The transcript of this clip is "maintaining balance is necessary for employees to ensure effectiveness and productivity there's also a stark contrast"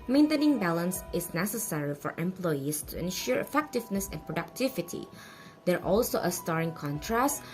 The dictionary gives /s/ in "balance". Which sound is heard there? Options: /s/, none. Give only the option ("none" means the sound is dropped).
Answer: /s/